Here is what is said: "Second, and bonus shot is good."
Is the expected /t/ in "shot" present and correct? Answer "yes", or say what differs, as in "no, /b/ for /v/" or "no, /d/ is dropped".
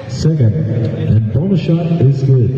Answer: no, /t/ is dropped